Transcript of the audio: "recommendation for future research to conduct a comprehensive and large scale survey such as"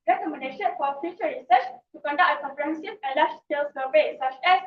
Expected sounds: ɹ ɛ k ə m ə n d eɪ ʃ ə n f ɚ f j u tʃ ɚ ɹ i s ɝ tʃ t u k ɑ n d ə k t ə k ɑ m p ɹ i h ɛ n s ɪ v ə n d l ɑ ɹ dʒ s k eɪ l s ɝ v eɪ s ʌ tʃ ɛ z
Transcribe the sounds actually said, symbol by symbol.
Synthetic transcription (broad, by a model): ɹ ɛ k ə m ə n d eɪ ʃ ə n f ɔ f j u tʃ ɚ ɹ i s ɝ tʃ t u k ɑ n d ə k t ə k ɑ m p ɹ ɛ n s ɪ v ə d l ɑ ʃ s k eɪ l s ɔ b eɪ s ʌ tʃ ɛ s